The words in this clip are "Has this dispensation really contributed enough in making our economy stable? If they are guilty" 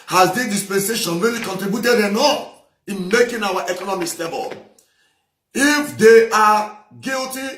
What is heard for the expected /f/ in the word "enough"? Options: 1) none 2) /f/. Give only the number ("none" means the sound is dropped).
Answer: 1